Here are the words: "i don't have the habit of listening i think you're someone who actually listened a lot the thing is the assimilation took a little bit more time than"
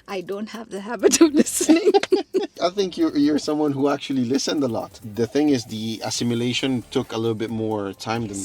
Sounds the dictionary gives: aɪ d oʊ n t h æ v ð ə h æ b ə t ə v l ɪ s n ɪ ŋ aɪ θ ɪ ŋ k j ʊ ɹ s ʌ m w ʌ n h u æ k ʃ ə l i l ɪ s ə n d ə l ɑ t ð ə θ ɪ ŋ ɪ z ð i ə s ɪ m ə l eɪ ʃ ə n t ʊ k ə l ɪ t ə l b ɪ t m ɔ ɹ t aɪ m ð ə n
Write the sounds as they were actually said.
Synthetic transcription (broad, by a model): aɪ d oʊ n t h æ v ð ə h æ b ə t ə v l ɪ s n ɪ ŋ aɪ θ ɪ ŋ k j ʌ ɹ s ʌ m w ʌ n h u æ k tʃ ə l i l ɪ s ə n d ə l ɑ t ð ə θ ɪ ŋ ɪ z ð i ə s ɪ m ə l eɪ ʃ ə n t ʊ k ə l ɪ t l b ɪ t m ɔ ɹ t aɪ m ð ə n